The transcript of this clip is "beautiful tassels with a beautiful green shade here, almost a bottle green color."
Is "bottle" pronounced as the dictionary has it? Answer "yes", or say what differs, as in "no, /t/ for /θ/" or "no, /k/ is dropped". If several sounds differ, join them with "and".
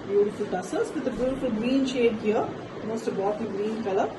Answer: no, /n/ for /l/